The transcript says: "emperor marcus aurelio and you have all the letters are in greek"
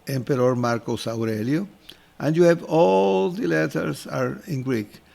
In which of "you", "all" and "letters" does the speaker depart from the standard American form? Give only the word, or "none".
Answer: letters